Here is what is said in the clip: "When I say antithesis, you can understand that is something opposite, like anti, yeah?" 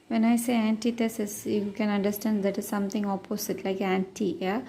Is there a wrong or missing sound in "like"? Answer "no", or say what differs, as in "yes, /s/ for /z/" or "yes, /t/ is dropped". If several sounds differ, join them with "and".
no